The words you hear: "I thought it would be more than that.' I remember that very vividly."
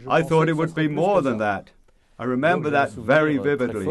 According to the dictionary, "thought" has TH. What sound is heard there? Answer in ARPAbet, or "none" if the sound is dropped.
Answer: TH